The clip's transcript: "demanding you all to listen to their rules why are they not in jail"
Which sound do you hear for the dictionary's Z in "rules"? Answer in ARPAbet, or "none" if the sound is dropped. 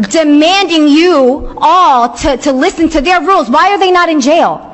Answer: Z